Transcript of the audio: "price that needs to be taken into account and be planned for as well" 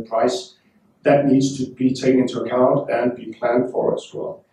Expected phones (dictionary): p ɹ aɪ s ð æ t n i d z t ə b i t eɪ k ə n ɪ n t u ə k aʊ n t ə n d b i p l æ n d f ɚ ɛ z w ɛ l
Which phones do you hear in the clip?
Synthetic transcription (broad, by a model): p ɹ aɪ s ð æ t n i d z t ə b i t eɪ ə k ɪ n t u ə k aʊ n t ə n b i p l æ n d f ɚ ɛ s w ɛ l